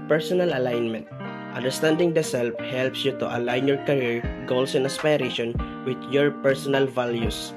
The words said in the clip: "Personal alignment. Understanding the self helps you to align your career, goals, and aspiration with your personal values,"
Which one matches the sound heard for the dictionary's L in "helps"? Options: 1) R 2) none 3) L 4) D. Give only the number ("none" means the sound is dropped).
3